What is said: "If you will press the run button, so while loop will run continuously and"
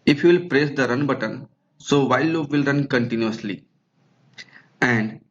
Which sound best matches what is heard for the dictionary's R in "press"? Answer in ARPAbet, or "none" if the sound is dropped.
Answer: R